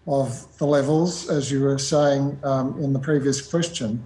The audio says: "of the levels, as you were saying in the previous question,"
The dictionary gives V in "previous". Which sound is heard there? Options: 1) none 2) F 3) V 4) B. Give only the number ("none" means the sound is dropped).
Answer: 3